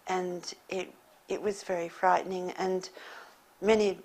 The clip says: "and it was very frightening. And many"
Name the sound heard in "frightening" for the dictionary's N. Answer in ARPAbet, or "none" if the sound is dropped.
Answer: N